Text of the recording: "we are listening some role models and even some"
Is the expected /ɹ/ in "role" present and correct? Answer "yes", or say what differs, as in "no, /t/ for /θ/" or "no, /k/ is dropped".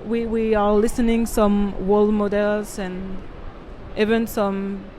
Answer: no, /w/ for /ɹ/